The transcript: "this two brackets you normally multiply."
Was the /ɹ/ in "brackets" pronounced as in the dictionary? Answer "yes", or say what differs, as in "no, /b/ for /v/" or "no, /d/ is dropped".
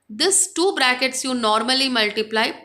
yes